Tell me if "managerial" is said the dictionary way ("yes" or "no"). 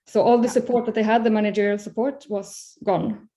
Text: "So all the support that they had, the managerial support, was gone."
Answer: yes